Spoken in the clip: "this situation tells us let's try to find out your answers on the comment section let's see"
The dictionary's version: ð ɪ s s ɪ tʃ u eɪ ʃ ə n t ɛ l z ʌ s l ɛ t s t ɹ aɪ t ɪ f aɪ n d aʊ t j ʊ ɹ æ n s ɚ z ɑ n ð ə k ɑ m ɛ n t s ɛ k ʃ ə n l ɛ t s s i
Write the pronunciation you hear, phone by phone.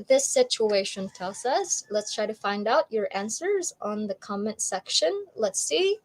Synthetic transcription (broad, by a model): ð ɪ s s ɪ tʃ u eɪ ʃ ə n t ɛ l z ʌ s l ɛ t s t ɹ aɪ t ɪ f aɪ n d aʊ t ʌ ɹ æ n s ɚ z n ð ə k ɑ m ɛ n t s ɛ k ʃ ə n l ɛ t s s i